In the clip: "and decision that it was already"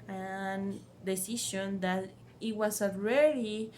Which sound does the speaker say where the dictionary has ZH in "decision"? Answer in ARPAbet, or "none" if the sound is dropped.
SH